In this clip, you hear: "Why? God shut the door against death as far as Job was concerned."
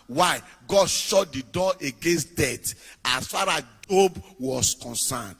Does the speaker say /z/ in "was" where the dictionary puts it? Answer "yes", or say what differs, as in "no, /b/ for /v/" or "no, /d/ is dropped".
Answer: no, /s/ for /z/